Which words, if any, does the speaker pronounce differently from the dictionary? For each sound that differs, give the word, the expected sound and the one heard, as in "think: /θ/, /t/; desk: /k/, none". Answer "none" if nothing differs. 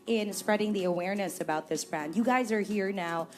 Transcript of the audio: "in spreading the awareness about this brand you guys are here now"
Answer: none